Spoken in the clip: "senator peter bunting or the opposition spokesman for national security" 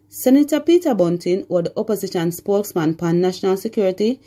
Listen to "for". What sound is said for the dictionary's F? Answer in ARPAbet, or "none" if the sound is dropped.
P